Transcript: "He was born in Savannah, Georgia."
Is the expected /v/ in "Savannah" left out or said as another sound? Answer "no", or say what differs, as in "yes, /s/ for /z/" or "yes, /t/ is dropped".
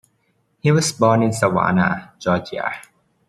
yes, /w/ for /v/